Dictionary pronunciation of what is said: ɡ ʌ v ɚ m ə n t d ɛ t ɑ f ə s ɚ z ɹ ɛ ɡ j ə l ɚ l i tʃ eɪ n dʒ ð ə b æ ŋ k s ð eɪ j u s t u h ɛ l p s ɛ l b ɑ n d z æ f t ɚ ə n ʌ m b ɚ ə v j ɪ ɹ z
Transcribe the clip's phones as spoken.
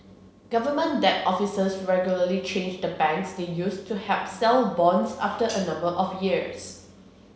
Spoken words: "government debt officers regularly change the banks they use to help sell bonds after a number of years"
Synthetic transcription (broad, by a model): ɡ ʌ v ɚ m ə n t d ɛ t ɑ f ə s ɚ s ɹ ɛ ɡ j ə l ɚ l i tʃ eɪ n dʒ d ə b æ ŋ k s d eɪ j u s t u h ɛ p s ɛ l b ɑ n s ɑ f t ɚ ə n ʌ m b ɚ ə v j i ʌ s